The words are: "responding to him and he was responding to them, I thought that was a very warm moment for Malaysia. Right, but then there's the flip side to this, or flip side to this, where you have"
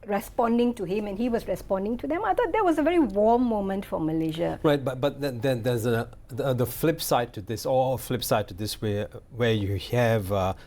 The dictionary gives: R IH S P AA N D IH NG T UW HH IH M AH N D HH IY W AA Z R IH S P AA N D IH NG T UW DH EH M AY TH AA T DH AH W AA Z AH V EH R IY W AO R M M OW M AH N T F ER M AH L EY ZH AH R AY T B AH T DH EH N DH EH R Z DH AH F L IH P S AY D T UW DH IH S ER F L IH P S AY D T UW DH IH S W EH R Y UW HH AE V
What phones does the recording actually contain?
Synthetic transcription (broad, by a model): R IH S P AA N D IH NG T UW HH IH M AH N HH IY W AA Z R IH S P AA N D IH NG T UW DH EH M AY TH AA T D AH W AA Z AH V EH R IY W AO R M M OW M AH N T F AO M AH L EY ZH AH R AY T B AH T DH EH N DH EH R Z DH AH F L IH P S AY D T UW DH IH S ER F L IH P S AY D T UW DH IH S W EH W Y UW HH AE V